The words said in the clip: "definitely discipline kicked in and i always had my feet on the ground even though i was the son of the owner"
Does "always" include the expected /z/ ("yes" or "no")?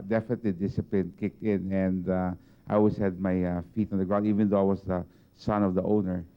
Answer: no